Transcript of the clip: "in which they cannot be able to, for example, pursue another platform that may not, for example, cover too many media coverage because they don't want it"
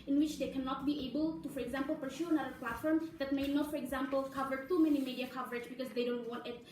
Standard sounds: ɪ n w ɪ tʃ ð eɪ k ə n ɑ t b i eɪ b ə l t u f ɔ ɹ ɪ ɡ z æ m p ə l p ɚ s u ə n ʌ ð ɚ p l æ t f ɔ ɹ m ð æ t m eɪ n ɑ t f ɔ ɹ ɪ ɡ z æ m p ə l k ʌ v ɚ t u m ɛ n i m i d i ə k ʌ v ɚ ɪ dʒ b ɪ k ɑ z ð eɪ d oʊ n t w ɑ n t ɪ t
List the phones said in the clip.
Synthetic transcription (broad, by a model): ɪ n w ɪ tʃ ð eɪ k ə n ɑ t b i eɪ b ə l t u f ɔ ɹ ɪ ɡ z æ m p l p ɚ ʃ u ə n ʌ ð ɚ p l æ t f ɔ ɹ m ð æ t m eɪ n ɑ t f ɔ ɹ ɪ ɡ z æ m p ə l k ʌ v ɚ t u m ɛ n i m i d i ə k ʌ v ɚ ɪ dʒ b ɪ k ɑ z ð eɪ d oʊ n t w ɑ n t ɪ t